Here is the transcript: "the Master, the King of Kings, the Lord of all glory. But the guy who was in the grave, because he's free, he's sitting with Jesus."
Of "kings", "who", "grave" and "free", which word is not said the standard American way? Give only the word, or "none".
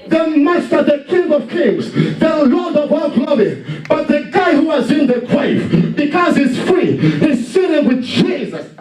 grave